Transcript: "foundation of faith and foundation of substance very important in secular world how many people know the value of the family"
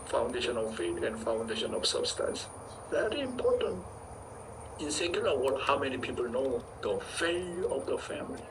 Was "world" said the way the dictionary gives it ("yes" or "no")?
no